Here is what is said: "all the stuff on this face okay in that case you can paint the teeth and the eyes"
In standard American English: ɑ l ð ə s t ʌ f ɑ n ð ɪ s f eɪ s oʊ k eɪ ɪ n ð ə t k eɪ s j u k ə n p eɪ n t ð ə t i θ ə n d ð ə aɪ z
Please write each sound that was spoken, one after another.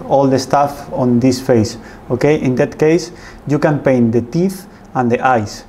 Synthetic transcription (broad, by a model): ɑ l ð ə s t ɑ f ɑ n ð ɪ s f eɪ s oʊ k eɪ ɪ n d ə t k eɪ s j u k ə n p eɪ n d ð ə t i θ ə n d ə aɪ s